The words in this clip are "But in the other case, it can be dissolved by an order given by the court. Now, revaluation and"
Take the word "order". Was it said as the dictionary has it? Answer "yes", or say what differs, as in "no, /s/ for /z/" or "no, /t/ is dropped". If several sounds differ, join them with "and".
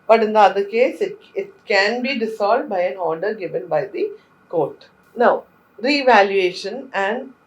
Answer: yes